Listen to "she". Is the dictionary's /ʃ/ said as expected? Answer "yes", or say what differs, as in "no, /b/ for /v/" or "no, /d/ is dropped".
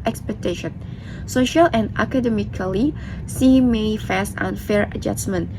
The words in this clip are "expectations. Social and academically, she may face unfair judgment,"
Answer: no, /s/ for /ʃ/